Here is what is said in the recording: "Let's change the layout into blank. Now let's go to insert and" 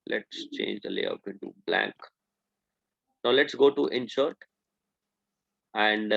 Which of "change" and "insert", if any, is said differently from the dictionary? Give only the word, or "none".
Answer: insert